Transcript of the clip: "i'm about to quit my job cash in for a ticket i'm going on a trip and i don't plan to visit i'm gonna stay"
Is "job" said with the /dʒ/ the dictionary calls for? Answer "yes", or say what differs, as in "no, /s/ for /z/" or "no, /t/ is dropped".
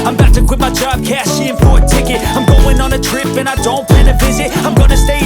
no, /tʃ/ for /dʒ/